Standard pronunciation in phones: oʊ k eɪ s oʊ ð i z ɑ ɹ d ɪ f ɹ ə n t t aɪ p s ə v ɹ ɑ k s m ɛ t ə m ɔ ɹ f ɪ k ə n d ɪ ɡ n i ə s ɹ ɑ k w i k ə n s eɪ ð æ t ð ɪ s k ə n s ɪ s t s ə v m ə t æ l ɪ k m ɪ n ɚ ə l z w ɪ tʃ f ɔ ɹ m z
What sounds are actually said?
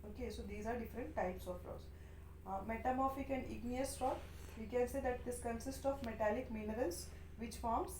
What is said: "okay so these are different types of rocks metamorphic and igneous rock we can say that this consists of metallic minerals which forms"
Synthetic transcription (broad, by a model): oʊ k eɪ s oʊ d i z ɑ ɹ d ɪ f ɹ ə n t t aɪ p s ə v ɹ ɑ s m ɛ t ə m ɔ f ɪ k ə n ɪ ɡ n i ə s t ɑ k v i k ə n s eɪ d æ t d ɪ s k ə n s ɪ s t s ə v m ə t æ l ɪ k m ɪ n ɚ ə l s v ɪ tʃ f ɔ ɹ m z